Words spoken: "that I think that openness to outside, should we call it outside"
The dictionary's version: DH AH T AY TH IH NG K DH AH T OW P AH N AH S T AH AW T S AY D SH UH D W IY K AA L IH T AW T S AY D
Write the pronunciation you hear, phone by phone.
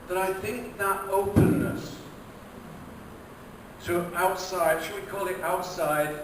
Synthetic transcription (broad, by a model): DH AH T AY TH IH NG K DH AH T OW P AH N AH S T AH AW T S AY D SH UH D W IY K AA L IH T AW T S AY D